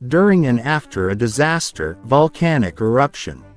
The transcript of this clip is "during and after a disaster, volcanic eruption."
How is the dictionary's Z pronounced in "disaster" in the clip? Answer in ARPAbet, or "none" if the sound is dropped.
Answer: Z